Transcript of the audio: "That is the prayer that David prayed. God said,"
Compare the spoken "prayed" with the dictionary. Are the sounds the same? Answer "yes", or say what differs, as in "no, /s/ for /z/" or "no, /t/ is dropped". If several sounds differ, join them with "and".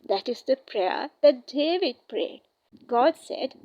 yes